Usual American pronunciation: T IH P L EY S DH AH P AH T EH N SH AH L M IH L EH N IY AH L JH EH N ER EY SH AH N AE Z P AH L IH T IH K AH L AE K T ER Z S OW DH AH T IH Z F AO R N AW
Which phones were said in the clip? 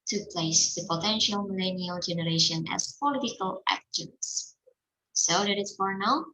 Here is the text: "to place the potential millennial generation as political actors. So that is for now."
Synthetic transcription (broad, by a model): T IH P L EY S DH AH P AH T EH N SH AH L M IH L EH N IY AH L JH EH N ER EY SH AH N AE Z P AH L IH T IH K AH L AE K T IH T S OW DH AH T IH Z F AO R N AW